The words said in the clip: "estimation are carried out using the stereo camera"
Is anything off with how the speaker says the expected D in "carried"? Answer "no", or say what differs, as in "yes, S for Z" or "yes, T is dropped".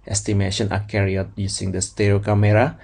yes, D is dropped